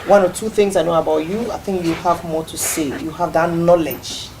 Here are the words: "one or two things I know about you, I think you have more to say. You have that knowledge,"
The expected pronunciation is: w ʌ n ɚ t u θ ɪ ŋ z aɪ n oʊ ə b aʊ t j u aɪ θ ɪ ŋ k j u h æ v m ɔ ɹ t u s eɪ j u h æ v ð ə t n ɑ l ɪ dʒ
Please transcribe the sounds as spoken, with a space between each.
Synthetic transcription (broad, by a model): w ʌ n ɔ t u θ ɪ ŋ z aɪ n oʊ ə b aʊ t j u aɪ θ ɪ ŋ k j u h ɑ v m ɔ t u s eɪ j u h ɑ v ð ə t n ɑ l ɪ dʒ